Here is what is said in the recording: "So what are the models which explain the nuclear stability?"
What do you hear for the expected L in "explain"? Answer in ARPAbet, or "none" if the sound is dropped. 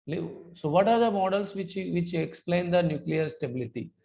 L